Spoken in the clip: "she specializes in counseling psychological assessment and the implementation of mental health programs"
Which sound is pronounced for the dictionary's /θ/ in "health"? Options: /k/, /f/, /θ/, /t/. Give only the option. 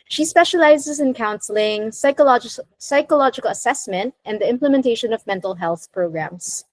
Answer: /θ/